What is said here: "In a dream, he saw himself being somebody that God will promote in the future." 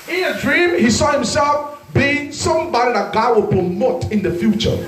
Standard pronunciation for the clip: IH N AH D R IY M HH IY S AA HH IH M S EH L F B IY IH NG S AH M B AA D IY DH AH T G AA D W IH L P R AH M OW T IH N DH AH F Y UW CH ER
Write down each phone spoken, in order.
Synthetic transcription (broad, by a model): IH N AH D R IY M HH IY S AA HH IH M S EH L F B IY IH NG S AH M B AA D IY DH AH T G AA D W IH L P R AH M OW T IH N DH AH F Y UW CH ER